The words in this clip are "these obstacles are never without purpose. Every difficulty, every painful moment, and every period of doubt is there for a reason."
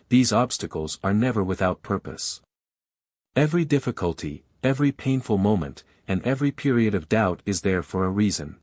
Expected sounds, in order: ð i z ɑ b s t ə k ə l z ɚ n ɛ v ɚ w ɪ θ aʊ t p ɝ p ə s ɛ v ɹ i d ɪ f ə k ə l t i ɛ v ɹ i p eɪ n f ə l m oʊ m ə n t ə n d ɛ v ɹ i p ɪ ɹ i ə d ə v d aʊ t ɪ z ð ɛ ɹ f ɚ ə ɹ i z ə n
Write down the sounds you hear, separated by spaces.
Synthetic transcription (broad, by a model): ð i z ɑ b s t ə k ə l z ɚ n ɛ v ɚ w ɪ θ aʊ t p ɝ p ə s ɛ v ɹ i d ɪ f ə k ə l t i ɛ v ɹ i p eɪ n f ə l m oʊ m ə n t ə n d ɛ v ɹ i p ɪ ɹ i ə d ə v d aʊ t ɪ z ð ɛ ɹ f ɚ ə ɹ i z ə n